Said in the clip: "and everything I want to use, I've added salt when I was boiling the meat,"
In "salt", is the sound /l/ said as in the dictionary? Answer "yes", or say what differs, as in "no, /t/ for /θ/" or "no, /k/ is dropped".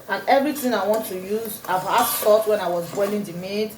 no, /l/ is dropped